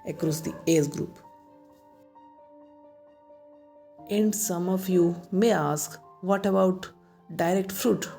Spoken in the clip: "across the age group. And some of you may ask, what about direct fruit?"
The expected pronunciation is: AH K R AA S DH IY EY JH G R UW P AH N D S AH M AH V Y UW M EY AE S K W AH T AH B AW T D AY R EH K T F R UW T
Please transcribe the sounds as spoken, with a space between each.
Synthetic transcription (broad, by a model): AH K R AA S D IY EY Z G R UW P AH N D S AH M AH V Y UW M EY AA S K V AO T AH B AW T D AY R EH K T F R UW T